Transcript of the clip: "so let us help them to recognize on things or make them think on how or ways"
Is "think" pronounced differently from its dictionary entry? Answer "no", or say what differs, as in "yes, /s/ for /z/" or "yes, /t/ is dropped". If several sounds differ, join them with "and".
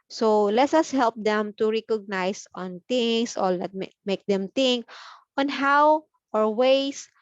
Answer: yes, /t/ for /θ/